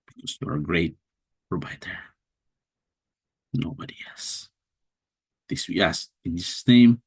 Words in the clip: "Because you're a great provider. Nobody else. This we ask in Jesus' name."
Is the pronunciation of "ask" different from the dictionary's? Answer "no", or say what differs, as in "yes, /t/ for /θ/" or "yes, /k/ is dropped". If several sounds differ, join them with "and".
yes, /k/ is dropped